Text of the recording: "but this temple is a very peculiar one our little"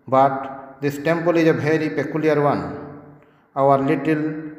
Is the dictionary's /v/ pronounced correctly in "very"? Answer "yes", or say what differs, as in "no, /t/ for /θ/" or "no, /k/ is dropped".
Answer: no, /b/ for /v/